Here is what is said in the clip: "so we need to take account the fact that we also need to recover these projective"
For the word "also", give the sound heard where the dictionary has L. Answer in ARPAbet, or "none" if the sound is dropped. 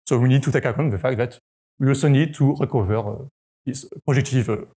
none